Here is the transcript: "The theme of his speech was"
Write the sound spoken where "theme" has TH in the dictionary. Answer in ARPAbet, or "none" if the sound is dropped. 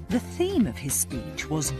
TH